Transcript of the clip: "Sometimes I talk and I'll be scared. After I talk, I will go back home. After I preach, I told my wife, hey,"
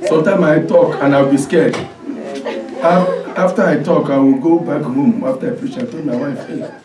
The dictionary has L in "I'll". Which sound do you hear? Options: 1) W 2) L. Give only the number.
1